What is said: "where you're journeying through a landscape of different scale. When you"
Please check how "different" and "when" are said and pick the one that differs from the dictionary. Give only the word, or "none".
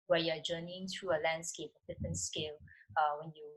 different